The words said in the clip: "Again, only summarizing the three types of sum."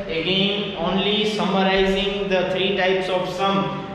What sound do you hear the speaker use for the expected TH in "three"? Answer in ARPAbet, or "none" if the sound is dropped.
T